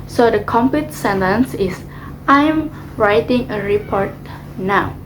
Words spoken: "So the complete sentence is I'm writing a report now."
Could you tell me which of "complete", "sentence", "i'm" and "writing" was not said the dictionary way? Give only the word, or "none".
complete